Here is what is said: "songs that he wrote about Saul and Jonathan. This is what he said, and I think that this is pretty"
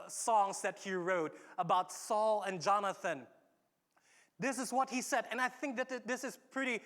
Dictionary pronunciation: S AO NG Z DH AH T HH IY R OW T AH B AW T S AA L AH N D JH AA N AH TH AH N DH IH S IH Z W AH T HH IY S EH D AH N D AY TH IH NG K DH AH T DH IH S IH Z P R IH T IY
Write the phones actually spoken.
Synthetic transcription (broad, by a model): S AO NG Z DH AH T HH IY R OW T AH B AW T S AA L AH N JH AA N AH TH AH N DH IH S IH Z W AH T HH IY S EH D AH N AY TH IH NG K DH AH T DH IH S IH Z P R IH T IY